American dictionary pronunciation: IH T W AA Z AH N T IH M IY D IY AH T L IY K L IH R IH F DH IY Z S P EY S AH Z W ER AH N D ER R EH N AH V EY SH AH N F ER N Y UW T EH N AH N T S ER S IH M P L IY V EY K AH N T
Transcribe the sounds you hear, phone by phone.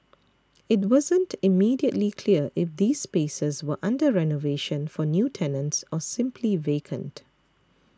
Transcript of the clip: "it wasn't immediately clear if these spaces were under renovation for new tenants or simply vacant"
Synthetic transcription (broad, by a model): IH T W AA Z AH N T IH M IY D IY AH T L IY K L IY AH IH F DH IY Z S P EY S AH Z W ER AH N D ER R EH N AH V EY SH AH N F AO N Y UW T EH N AH N T S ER S IH M P L IY V EY K AH N T